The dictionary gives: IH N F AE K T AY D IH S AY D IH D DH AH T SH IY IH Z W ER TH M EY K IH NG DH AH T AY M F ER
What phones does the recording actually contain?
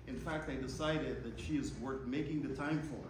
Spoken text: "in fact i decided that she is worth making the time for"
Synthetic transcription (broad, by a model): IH N F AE K T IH D IH S AY D IH D DH AH T SH IY IH Z W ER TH M EY K IH NG DH AH T AY M F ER